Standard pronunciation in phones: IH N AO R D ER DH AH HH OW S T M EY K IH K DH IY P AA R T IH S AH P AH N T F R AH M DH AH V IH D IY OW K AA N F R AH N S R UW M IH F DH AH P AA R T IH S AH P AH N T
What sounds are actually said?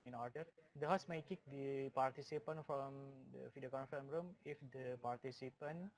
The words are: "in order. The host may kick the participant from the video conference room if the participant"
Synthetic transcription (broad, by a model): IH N AO R D ER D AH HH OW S M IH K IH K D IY P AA R T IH S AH P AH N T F R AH M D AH F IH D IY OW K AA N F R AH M R UW M IH F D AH P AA R T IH S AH P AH N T